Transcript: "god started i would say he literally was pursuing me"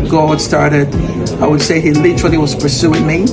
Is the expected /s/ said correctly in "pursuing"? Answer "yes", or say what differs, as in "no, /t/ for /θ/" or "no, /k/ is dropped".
yes